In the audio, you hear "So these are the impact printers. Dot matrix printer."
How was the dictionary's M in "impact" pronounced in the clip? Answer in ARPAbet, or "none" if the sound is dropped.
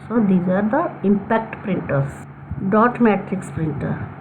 M